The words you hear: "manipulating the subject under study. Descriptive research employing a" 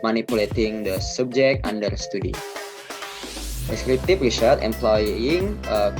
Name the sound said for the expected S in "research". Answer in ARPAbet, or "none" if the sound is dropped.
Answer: SH